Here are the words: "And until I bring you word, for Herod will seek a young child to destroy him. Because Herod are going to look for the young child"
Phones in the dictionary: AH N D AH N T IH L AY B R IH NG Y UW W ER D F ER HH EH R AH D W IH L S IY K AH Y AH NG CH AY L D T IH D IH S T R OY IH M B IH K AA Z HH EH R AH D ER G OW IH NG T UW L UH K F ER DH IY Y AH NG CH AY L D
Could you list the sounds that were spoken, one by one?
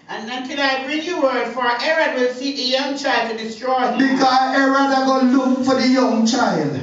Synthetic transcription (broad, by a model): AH N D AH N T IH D AY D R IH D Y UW W ER D F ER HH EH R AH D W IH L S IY AH Y AH NG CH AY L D T IH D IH S T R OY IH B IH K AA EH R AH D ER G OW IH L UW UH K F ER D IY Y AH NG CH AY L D